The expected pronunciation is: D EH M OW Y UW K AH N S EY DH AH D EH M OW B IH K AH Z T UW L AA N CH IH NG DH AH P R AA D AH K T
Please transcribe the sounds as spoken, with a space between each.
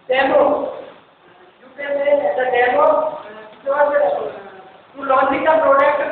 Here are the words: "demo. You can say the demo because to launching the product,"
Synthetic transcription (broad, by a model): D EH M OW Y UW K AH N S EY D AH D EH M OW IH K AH T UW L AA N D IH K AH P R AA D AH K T